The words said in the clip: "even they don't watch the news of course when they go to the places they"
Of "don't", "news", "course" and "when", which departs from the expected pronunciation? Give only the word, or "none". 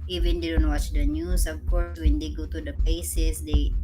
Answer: news